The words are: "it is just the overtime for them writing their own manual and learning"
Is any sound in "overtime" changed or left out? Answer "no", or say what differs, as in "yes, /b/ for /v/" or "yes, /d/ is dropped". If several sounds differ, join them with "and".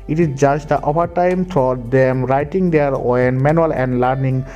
yes, /p/ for /v/